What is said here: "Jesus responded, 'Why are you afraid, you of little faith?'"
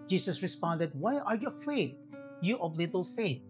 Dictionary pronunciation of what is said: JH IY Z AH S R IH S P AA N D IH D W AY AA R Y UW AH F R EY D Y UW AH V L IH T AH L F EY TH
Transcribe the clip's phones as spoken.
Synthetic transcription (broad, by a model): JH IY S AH S R IH S P AA N D IH D W AY AA R Y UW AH F EY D Y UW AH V L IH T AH L F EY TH